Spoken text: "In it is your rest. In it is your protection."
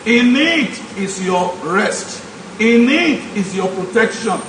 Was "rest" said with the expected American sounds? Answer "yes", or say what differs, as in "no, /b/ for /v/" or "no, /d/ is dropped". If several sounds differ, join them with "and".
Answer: yes